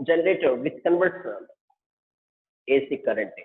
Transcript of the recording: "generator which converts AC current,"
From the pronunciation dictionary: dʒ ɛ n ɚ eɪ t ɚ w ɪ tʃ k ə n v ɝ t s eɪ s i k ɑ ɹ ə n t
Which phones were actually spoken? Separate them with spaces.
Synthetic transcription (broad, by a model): dʒ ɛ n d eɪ t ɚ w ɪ s k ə n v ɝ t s eɪ s i k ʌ ɹ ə n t